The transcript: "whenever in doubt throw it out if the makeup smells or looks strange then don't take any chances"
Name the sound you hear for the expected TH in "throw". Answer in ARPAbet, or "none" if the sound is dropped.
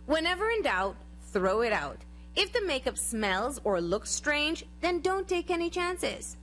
TH